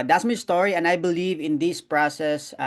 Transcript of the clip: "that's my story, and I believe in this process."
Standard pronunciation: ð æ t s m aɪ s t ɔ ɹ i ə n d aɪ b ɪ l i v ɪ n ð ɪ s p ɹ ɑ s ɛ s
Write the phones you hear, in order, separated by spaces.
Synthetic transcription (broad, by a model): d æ t s m aɪ s t ɔ ɹ i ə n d aɪ b ɪ l i v ɪ n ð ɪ s p ɹ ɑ s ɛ s